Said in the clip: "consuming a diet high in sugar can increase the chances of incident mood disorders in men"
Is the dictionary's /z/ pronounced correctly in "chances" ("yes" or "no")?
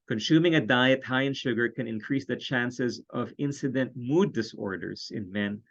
yes